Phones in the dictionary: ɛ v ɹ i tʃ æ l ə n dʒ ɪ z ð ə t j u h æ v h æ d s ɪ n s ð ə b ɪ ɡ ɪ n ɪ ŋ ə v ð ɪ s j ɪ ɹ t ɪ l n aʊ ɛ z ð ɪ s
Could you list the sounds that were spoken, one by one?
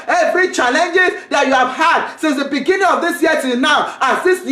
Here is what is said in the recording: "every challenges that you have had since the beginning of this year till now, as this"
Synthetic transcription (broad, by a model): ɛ v ɹ i tʃ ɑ l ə n dʒ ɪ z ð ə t j u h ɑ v h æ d s ɪ n s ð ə b ɪ ɡ ɪ n ɪ ŋ ə v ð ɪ s j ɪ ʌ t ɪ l n aʊ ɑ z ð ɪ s